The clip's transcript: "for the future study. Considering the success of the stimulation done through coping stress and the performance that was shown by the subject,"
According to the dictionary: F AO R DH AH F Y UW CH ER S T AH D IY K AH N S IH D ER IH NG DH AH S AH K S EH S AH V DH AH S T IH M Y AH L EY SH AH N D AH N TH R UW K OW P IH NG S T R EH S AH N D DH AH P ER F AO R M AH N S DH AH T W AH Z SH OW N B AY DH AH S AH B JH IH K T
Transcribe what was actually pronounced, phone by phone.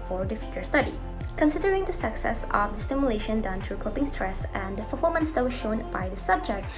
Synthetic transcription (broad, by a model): F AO R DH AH F Y UW CH ER S T AH D IY K AH N S IH D ER IH NG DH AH S AH K S EH S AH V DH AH S T IH M Y AH L EY SH AH N D AH N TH R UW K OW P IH NG S T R EH S AH N D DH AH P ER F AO L M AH N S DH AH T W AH SH OW N B AY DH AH S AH B JH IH K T